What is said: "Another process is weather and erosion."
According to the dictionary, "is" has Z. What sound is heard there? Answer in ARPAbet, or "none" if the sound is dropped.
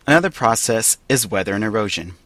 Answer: Z